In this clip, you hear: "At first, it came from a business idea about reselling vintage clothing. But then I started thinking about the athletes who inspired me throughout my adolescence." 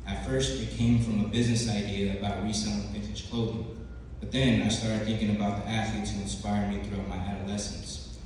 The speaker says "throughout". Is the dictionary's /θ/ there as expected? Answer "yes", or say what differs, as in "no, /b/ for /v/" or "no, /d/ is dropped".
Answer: yes